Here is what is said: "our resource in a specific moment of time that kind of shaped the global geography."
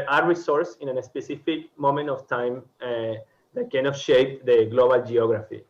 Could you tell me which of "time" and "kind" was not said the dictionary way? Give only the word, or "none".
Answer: kind